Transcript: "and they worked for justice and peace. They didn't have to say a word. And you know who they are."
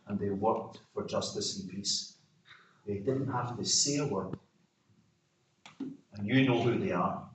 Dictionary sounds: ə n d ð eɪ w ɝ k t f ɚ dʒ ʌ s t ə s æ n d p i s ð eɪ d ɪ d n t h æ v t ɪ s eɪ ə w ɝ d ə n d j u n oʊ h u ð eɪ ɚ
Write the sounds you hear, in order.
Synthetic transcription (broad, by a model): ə n ð eɪ w ɝ k t f ɚ dʒ ʌ s t ə s n p i s ð eɪ d ɪ d n t h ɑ f t ɪ s eɪ ə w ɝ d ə n j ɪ n oʊ h u ð eɪ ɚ